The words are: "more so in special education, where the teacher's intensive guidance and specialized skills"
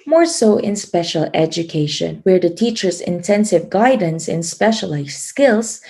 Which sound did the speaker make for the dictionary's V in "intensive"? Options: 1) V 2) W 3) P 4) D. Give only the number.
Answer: 1